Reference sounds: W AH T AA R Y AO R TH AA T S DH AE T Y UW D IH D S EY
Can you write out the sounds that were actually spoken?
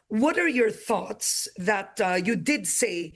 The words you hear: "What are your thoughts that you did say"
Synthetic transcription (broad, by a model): W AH T AA R Y AO R TH AA T S DH AE T Y UW D IH D S EY